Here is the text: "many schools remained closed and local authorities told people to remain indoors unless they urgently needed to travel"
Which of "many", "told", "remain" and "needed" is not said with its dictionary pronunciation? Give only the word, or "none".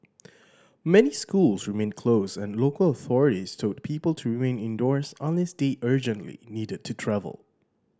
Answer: told